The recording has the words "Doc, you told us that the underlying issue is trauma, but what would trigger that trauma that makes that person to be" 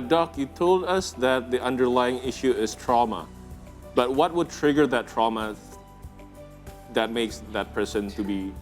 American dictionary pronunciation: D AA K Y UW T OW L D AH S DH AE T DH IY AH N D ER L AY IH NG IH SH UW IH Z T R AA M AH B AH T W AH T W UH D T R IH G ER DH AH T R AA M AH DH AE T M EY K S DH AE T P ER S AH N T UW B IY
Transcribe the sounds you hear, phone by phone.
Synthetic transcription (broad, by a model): D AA K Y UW T OW L D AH S DH AE T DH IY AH N D ER L AY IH NG IH SH UW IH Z T R AA M AH B AH T W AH T W UH D T R IH G ER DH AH T R AA M AH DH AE T M EY K S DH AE T P ER S AH N T UW B IY